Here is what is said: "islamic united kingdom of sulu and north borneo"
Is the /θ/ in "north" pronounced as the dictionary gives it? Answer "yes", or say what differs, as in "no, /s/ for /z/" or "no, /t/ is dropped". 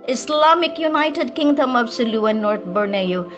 no, /t/ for /θ/